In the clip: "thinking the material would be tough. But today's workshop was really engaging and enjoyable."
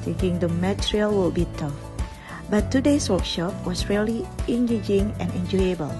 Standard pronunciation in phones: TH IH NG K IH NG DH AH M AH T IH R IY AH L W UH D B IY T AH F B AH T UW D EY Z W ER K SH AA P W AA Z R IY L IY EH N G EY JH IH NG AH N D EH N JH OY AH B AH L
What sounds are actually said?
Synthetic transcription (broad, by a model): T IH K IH NG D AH M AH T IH R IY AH L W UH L B IY T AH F B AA T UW D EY S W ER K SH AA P W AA S R IY L IY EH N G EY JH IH NG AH N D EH N JH OY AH B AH L